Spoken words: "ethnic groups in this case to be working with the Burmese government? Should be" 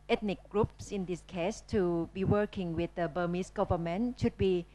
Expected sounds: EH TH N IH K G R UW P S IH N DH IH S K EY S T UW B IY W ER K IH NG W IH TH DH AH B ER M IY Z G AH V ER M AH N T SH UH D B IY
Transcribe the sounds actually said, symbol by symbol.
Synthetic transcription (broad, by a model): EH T N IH K G R UW P S IH N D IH S K EY S T UW B IY W ER K IH NG W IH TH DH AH B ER M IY S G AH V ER M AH N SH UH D B IY